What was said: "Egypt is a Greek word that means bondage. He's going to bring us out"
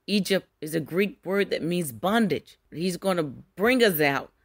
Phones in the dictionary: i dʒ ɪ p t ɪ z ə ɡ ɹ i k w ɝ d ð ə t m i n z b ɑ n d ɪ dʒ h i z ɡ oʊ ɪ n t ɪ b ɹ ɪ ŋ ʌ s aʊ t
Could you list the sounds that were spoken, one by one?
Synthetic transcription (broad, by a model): i dʒ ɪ p t ɪ z ə ɡ ɹ i k w ɝ d ð ə t m i n z b ɑ n d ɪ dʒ h i z ɡ oʊ ɪ n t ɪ b ɹ ɪ ŋ ʌ s aʊ t